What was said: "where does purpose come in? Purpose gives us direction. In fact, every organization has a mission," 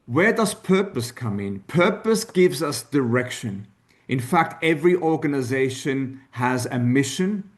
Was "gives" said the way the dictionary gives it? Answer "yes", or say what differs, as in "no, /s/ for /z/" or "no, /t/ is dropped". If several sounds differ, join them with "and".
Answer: yes